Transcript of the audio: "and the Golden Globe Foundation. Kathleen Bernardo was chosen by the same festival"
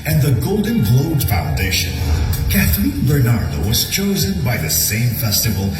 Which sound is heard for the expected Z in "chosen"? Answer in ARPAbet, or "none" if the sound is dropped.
Z